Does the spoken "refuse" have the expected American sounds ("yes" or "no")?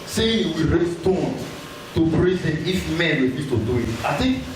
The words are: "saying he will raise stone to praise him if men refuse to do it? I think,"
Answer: no